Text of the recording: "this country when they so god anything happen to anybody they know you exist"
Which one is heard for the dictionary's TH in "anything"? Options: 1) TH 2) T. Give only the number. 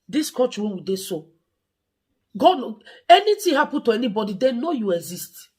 2